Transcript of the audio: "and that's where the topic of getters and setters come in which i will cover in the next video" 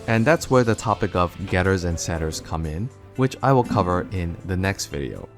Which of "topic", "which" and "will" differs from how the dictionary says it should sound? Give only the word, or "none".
none